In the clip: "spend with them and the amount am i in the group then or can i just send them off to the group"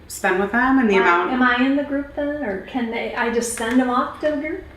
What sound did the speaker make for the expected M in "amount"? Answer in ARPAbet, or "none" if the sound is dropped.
none